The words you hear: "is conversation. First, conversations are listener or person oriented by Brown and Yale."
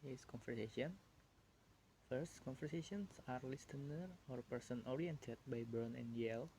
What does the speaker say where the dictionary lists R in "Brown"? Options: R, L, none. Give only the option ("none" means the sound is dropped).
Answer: none